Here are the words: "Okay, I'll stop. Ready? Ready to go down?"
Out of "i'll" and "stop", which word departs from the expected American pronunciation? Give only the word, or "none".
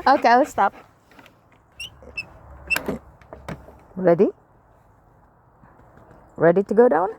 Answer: i'll